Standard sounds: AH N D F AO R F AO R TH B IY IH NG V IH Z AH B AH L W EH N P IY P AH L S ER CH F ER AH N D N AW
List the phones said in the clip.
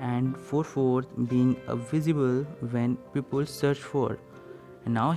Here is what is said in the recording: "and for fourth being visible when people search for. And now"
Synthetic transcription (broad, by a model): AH N D F AO R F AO R T B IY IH NG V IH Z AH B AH L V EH N P IY P AH L S ER CH F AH D N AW